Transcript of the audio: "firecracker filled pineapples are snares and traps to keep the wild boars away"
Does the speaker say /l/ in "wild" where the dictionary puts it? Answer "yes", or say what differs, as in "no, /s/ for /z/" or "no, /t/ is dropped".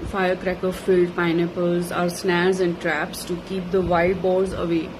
no, /l/ is dropped